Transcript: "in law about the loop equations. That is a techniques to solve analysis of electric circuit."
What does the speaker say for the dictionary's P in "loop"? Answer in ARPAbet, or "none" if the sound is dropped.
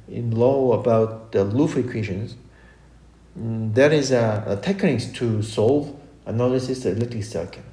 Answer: F